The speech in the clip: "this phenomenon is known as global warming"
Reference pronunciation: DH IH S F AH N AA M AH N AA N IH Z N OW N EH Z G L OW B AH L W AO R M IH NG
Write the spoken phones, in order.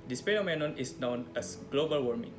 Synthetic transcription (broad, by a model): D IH S P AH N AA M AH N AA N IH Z N OW N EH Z G L OW B AH L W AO R M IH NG